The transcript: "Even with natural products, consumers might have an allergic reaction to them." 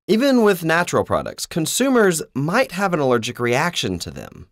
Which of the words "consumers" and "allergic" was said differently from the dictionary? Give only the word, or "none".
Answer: none